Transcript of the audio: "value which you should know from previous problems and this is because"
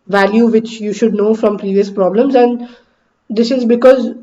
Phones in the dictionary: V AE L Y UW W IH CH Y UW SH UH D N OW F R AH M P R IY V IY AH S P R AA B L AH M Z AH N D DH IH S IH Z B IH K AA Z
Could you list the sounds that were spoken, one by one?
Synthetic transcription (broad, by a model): V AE L Y UW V IH CH Y UW SH UH D N OW F R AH M P R IY V IY AH S P R AA B L AH M Z AH N D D IH S IH Z B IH K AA Z